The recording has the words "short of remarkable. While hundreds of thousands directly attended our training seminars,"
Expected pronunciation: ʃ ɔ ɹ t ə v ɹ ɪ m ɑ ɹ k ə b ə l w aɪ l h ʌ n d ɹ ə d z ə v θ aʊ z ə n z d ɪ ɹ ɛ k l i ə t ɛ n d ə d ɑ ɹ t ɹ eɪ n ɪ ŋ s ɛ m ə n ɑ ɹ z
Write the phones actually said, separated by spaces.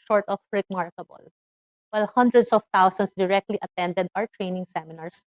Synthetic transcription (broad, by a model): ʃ ɔ ɹ t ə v ɹ ɪ m ɑ ɹ k ə b ə l w aɪ l h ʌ n d ɹ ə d s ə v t aʊ s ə n s d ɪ ɹ ɛ k l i ə t ɛ n d ə d ɑ ɹ t ɹ eɪ n ɪ ŋ s ɛ m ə n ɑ ɹ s